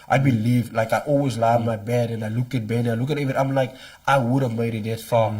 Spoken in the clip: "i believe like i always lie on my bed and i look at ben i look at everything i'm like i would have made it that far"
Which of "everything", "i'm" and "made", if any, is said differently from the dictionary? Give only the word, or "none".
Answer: everything